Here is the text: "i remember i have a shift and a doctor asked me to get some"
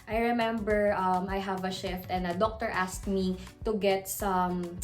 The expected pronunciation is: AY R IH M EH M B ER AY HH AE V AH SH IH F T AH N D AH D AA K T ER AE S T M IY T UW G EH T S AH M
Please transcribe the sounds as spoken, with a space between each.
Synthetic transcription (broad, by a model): AY R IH M EH M B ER AY HH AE V AH SH IH F T AH N D AH D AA K T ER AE S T M IY T UW G EH T S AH M